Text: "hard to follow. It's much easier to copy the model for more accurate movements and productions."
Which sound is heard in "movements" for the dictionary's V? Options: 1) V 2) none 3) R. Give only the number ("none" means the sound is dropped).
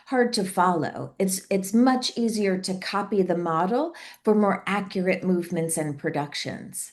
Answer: 1